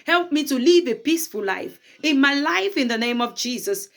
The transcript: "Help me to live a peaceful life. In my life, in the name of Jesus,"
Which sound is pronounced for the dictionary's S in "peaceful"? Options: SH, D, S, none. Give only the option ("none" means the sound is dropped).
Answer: S